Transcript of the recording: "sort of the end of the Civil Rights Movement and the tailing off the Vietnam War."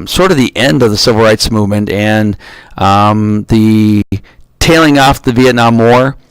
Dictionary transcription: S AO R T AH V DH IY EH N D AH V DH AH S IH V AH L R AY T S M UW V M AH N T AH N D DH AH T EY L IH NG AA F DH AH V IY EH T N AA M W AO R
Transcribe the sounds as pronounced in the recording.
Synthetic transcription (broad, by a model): S AO R T AH V DH IY EH N D AH V DH AH S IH V L R AY T S M UW V M AH N T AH N DH AH T EY L IH NG AA F DH AH V IY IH T N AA M AO R